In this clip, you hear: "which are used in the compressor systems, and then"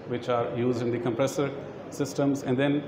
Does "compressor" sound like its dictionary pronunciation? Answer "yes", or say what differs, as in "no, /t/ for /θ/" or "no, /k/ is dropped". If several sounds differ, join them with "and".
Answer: yes